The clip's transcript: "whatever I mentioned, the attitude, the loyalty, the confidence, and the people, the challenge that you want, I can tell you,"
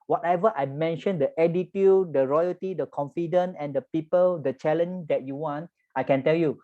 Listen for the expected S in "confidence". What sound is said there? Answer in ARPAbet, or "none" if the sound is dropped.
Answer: none